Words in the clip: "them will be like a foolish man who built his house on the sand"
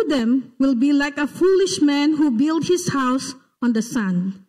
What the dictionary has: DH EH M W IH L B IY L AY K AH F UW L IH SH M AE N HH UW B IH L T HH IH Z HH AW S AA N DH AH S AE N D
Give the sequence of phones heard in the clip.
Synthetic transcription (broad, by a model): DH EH M W IH L B IY L AY K AH F UW L IH SH M AE N HH UW B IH L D HH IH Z HH AW S AA N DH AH S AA N